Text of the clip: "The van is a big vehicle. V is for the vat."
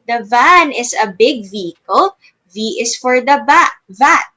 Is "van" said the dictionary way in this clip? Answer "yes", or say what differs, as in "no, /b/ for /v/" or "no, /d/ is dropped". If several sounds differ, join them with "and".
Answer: yes